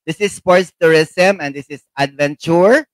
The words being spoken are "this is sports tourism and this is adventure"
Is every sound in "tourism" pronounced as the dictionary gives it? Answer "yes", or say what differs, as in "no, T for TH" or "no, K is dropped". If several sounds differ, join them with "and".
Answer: no, S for Z